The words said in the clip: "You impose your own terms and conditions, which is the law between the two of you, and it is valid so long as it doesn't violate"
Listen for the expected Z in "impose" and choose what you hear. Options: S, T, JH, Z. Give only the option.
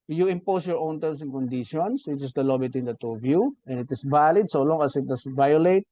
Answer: S